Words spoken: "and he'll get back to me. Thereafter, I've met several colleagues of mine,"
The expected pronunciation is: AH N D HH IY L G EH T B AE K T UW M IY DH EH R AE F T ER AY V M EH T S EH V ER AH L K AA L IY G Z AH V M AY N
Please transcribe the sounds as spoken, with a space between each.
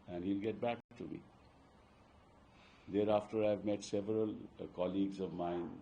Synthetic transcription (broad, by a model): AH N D HH IY L G EH T B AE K T UW M IY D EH R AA F T ER AY V M EH T S EH V ER AH L K AA L IY G Z AH V M AY N